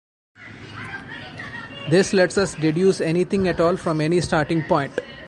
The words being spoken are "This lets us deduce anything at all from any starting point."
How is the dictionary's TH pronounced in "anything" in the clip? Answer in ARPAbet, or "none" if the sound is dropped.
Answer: T